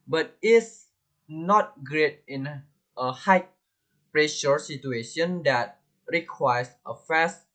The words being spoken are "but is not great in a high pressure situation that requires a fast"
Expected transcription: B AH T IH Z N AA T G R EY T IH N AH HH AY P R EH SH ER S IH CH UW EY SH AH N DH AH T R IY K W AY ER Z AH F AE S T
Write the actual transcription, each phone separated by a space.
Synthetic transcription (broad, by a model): B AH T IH S N AA T G R EY T IH N AH HH AY P R EH SH ER S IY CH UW EY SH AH N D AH T R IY K W AY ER S AH F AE S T